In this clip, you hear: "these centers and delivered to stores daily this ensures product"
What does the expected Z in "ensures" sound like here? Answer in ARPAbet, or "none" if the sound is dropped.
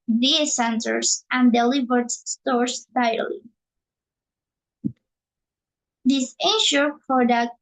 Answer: none